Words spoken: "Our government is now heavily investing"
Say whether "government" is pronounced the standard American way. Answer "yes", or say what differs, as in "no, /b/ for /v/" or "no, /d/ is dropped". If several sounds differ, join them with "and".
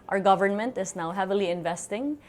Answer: yes